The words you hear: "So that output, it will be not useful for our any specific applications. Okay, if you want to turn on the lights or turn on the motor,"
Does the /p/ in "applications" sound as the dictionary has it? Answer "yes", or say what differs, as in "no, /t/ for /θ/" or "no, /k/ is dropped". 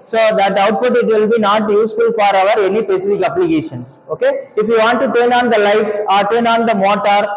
no, /b/ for /p/